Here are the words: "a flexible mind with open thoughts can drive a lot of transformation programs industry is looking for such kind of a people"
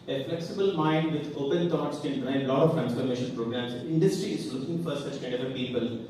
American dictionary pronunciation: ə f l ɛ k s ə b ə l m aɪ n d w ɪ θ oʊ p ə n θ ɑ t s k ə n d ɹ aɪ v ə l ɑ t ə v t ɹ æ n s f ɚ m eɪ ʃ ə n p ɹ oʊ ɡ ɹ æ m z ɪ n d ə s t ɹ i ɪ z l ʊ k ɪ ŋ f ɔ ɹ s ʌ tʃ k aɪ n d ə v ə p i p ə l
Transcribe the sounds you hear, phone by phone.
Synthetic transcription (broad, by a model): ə f l ɛ k s ə b ə l m aɪ n d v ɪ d oʊ p ə n t ɑ t s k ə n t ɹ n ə l ɑ t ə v t ɹ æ n s f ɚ m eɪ ʃ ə n p ɹ oʊ ɡ ɹ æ m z ɪ n d ə s t ɹ i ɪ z l ʊ k ɪ ŋ f ɔ ɹ s ʌ tʃ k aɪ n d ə ə p i p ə l